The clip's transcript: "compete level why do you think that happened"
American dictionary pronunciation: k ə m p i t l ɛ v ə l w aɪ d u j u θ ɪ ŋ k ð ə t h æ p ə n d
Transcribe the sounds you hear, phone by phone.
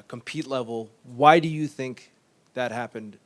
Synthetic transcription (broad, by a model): k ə m p i t l ɛ v l w aɪ d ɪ j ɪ θ ɪ ŋ k ð ə t h æ p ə n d